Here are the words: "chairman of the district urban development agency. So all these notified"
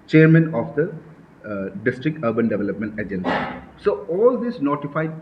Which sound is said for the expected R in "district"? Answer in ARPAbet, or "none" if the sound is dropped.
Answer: R